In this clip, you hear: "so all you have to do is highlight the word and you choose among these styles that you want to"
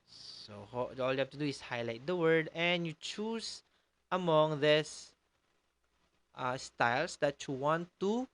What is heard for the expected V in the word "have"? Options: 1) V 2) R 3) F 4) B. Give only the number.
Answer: 3